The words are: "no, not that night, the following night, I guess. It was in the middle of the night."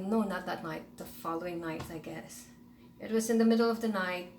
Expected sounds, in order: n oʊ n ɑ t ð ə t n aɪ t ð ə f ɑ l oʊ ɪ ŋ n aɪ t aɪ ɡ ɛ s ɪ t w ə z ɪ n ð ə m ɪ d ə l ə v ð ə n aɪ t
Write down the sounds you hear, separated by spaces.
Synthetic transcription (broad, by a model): n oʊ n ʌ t ð ə t n aɪ t ð ə f ɑ l oʊ ɪ ŋ n aɪ t aɪ ɡ ɛ s ɪ t w ə z ɪ n ð ə m ɪ d l ə v ð ə n aɪ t